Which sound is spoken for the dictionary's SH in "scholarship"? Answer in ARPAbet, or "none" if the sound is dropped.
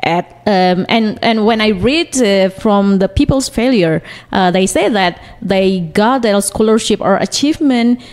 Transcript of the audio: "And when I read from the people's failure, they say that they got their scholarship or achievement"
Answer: SH